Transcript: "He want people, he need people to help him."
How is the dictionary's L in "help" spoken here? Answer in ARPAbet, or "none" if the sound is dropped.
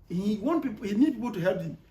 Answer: none